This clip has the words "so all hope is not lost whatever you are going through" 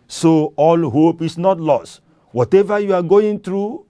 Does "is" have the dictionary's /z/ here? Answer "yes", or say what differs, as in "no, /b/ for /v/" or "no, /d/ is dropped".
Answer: no, /s/ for /z/